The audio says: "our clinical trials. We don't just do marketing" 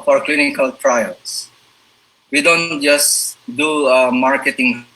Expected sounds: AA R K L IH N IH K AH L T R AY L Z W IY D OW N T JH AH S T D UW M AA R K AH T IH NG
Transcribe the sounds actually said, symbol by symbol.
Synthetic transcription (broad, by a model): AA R K L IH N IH K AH L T R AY L S W IY D OW N T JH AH S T D UW M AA R K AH T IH NG